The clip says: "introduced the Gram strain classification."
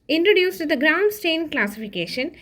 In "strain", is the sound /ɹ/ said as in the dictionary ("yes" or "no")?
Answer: no